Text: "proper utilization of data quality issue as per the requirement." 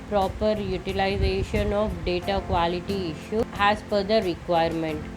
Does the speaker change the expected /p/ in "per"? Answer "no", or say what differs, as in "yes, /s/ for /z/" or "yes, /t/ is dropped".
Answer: yes, /f/ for /p/